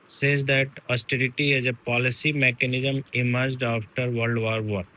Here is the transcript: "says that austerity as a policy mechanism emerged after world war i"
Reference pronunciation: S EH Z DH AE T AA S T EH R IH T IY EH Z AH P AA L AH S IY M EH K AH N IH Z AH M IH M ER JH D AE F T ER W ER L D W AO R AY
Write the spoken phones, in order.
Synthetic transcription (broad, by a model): S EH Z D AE T AA S T EH R IH T IY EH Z AH P AA L AH S IY M EH K AH N IH Z AH M IH M ER JH D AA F T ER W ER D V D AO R